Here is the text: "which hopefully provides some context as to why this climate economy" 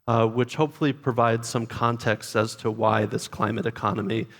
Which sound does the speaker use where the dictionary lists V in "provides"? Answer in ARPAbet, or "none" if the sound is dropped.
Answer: V